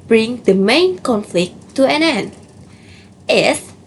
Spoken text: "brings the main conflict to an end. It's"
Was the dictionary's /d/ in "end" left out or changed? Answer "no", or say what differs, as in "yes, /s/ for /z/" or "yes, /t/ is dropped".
yes, /d/ is dropped